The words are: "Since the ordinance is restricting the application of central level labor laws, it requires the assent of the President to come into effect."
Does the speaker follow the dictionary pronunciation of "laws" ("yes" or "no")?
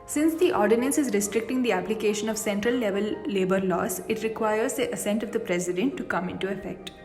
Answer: no